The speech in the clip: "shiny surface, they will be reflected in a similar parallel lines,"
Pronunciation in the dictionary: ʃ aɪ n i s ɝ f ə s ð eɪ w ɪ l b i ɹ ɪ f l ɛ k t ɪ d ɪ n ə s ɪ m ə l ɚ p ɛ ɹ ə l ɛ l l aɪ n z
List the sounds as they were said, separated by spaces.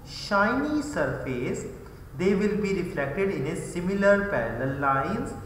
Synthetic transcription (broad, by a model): ʃ aɪ n i s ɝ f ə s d eɪ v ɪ l b i ɹ ɪ f l ɛ k t ɪ d ɪ n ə s ɪ m ə l ɚ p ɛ l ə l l l aɪ n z